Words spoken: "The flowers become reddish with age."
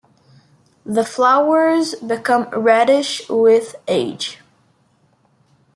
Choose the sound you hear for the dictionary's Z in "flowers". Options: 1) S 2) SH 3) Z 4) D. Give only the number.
3